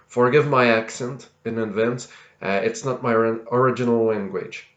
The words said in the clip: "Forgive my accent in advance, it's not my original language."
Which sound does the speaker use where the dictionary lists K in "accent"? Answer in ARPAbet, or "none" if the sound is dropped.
K